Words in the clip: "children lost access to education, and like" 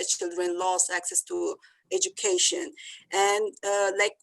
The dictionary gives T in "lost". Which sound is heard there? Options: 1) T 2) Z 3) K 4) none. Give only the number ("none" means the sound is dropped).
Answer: 4